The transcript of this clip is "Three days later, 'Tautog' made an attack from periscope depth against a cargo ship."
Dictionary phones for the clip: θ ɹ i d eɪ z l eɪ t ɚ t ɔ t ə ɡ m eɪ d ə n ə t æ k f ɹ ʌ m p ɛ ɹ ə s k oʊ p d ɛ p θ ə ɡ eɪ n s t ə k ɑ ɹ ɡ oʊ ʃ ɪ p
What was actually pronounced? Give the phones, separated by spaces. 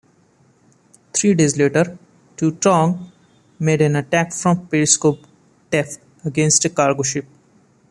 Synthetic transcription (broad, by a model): t ɹ i d eɪ z l eɪ t ɚ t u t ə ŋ m eɪ d ə n ə t æ k f ɹ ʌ m p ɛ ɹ s k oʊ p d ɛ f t ə ɡ eɪ n s t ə k ɑ ɹ ɡ oʊ ʃ ɪ p